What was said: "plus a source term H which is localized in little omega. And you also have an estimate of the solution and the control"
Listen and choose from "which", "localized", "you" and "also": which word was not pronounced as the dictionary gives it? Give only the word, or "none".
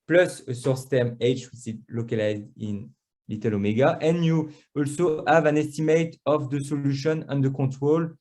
which